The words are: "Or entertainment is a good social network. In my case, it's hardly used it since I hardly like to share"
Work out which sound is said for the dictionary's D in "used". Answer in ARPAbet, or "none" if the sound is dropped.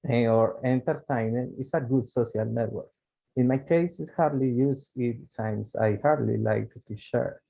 none